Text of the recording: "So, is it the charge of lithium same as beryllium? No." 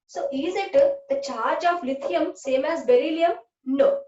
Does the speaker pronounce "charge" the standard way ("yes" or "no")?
yes